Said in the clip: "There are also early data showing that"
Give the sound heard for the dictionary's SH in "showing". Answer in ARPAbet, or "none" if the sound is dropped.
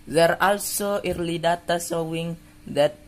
S